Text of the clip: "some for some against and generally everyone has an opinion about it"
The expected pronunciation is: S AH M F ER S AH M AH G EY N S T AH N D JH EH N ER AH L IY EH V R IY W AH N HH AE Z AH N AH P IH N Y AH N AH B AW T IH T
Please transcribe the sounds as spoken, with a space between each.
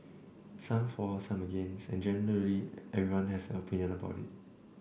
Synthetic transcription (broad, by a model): S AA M F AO S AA M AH G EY N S AH N JH EH N ER AH L IY EH V R IY W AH N HH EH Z AH N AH P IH N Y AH N AH B AW T IH T